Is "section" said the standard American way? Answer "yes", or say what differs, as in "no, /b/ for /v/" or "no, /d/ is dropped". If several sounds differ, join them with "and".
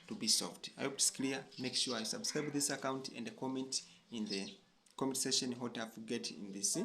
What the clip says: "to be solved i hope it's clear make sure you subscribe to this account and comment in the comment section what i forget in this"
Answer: no, /k/ is dropped